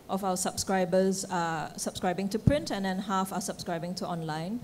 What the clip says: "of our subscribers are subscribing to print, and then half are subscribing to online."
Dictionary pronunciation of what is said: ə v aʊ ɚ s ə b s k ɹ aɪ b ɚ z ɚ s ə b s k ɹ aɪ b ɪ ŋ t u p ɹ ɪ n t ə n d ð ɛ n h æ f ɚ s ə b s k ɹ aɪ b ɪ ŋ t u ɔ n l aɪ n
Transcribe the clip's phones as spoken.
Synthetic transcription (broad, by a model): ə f aʊ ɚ s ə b s k ɹ aɪ b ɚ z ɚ s ə b s k ɹ aɪ b ɪ ŋ t u p ɹ ɪ n t ə n d ɛ n h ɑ f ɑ s ə b s k ɹ aɪ b ɪ ŋ t u ɔ n l aɪ n